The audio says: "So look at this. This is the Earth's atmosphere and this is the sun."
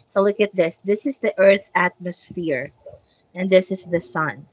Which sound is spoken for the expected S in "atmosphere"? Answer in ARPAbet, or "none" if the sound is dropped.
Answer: S